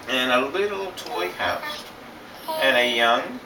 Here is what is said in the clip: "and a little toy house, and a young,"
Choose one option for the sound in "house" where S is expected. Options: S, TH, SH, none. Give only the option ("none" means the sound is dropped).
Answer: S